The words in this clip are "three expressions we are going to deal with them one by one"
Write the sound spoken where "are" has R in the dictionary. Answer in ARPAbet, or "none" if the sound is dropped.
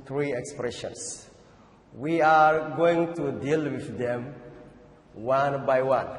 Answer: R